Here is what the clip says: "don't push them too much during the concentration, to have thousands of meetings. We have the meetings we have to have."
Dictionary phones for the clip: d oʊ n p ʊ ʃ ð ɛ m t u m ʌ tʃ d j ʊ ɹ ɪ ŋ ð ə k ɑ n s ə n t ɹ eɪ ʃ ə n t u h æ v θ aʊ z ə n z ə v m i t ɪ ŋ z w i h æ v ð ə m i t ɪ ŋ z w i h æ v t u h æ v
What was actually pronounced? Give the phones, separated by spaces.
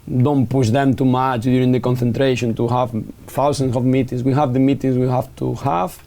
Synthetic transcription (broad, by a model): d oʊ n p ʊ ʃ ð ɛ m t u m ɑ tʃ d j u ɹ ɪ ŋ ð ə k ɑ n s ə n t ɹ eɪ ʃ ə n t u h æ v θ aʊ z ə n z ə v m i t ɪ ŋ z w i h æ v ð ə m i t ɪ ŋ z w i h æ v t u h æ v